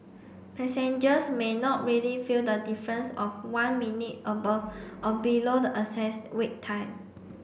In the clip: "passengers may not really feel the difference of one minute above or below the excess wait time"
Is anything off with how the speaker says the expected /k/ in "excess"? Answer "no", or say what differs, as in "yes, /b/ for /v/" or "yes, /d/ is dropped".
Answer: yes, /k/ is dropped